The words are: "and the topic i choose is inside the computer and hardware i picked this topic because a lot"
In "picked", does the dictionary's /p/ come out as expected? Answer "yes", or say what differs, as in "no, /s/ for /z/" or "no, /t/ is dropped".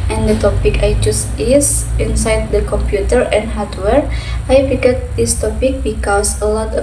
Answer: no, /f/ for /p/